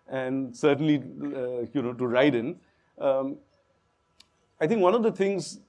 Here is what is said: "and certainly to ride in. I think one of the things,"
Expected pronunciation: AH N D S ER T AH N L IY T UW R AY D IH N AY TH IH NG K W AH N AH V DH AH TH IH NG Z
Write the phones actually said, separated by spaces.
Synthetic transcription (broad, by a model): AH N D S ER T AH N L IY T UW R AY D IH N AY T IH NG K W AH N AH V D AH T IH NG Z